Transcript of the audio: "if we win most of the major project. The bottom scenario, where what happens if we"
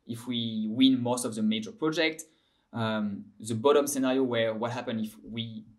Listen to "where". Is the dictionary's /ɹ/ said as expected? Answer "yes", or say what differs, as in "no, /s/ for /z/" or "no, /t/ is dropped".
yes